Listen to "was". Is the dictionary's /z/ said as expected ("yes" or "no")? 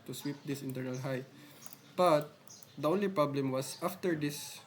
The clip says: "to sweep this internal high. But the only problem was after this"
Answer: no